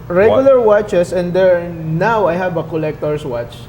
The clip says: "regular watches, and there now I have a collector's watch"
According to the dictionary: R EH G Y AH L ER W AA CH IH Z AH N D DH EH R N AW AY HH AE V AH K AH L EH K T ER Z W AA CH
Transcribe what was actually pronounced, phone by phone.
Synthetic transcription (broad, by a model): R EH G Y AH L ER W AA CH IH S AH N D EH R N AW AY HH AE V AH K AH L EH K T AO S W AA CH